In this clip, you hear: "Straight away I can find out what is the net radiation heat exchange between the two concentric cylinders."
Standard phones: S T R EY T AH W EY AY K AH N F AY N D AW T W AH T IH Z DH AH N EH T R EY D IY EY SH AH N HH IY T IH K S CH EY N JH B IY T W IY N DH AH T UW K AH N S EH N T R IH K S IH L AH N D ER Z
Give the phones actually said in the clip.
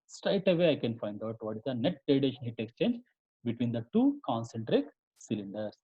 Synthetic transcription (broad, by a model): S T R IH T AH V EY AY K AH N F AY N D AW T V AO T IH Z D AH N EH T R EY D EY SH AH N HH IY T IH K S CH EY N JH B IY T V IY N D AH T UW K AH N S EH N T R IH K S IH L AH N D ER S